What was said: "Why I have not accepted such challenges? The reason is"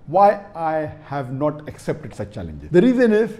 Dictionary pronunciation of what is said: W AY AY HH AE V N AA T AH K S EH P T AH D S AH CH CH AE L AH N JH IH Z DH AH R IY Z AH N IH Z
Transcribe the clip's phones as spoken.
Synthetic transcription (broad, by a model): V AY AY HH AE V N AA T AH K S EH P T AH D S AH CH CH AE L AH N JH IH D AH R IY Z AH N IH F